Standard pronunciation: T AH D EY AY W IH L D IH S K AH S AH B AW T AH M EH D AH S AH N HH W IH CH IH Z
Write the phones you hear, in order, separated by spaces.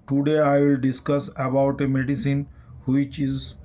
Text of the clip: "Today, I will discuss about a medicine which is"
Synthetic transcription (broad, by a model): T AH D EY AY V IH L D IH S K AH S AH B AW T AH M EH D AH S AH N HH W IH CH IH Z